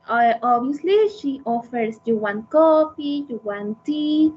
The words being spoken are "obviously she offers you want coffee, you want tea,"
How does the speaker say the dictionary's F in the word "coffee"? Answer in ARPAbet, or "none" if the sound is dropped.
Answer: P